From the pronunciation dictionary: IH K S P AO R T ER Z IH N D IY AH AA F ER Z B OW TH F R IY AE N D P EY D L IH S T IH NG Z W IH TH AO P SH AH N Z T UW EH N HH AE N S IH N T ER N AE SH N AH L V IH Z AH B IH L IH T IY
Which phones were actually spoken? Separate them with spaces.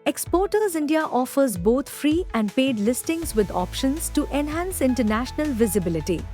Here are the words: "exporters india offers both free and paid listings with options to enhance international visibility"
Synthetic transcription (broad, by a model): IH K S P AO R T ER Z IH N D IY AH AA F ER Z B OW T F R IY AE N D P EY D L IH S T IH NG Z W IH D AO P SH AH N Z T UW EH N HH AE N S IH N T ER N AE SH N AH L V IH Z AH B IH L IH T IY